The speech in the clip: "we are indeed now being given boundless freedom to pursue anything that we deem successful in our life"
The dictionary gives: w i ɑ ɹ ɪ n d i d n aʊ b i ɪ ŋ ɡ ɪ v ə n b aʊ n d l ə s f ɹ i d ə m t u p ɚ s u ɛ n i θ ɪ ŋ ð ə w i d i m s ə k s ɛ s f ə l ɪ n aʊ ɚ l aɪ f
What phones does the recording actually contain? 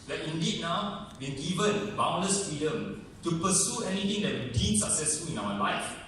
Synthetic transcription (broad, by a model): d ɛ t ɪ n d i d n aʊ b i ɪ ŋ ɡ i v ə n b aʊ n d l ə s f ɹ i d ə m t u p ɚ s u ɛ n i t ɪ ŋ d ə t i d i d s ə k s ɛ s f ə l ɪ n aʊ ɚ l aɪ f